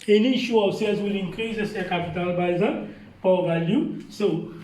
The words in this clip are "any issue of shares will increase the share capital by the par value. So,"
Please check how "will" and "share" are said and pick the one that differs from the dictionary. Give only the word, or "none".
share